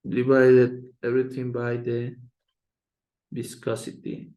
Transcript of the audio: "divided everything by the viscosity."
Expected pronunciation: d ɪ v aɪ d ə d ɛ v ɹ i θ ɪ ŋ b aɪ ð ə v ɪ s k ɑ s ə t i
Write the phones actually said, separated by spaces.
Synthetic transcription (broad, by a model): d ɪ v aɪ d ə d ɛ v ɹ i t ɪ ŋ b aɪ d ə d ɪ s k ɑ s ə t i